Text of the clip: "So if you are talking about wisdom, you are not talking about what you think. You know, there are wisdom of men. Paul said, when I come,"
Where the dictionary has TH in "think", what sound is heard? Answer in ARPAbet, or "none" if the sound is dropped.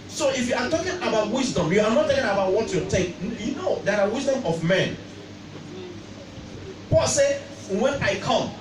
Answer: T